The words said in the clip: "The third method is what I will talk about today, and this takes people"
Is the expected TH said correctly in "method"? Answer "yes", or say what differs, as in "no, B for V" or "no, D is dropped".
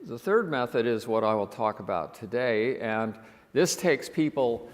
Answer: yes